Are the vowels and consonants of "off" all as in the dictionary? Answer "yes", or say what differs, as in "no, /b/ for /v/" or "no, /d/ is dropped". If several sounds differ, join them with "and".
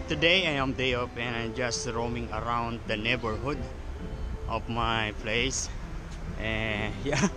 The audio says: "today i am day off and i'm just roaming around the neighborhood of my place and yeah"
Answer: no, /p/ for /f/